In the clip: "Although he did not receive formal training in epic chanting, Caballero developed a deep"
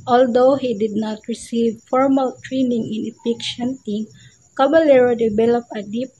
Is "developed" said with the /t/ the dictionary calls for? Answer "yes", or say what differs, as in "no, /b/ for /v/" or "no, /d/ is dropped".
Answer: no, /t/ is dropped